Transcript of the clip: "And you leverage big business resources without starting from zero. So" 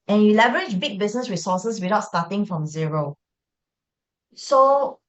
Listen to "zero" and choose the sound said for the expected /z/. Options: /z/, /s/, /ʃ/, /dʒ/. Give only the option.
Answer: /z/